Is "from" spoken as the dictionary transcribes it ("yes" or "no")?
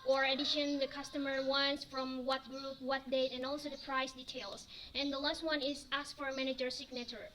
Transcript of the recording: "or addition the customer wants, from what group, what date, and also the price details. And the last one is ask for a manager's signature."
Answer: yes